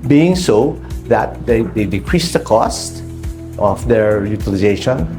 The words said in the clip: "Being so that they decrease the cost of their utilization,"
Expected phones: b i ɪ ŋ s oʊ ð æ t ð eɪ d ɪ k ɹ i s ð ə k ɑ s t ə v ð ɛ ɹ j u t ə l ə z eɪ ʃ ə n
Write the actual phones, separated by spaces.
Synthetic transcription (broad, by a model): b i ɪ ŋ s oʊ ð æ t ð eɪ d ɪ k ɹ i s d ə k ɑ s t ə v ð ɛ ɹ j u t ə l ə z eɪ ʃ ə n